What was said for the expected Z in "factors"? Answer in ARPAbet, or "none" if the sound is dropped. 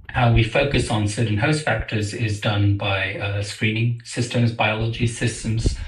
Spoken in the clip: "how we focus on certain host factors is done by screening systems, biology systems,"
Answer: Z